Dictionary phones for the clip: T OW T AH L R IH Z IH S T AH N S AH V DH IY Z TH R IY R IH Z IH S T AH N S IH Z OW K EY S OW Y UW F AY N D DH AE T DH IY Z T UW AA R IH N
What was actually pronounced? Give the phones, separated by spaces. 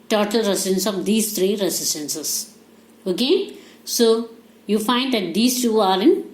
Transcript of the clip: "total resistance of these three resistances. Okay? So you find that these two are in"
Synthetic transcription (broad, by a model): T OW T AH L R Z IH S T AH N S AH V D IY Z T R IY R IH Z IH S T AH N S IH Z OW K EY S OW Y UW F AY N D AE T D IY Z T UW AA R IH N